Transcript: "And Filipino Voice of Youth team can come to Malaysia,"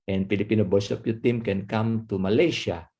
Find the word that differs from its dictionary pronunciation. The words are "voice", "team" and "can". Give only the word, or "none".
voice